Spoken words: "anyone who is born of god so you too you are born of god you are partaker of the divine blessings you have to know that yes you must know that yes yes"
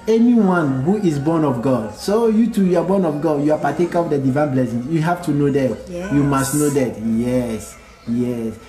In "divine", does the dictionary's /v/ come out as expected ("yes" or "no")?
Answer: yes